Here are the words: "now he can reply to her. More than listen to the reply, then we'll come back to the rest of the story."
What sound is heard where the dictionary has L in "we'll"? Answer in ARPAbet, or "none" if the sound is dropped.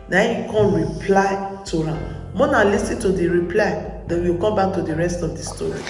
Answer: W